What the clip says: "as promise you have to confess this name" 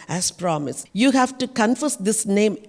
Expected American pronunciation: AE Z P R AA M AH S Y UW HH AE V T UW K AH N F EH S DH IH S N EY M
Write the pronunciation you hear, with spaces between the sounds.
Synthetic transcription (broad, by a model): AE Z P R AA M AH S Y UW HH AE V T UW K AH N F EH S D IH S N EY M